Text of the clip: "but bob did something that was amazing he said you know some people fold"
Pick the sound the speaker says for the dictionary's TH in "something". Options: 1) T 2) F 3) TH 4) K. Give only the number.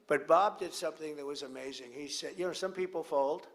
3